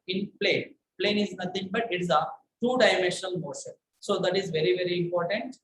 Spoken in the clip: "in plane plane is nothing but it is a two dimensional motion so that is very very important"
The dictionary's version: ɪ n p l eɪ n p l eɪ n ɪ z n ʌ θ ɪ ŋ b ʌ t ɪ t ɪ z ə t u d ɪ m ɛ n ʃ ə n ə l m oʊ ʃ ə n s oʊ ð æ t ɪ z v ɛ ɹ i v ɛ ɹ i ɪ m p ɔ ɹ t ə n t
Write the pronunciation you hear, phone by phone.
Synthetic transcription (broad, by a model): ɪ n p l eɪ n p l eɪ n ɪ z n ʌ t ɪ ŋ b ʌ t ɪ t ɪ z ə t u d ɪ m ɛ n ʃ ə n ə l m oʊ ʃ ə n s oʊ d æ t ɪ z v ɛ ɹ i v ɛ ɹ i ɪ m p ɔ ɹ t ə n t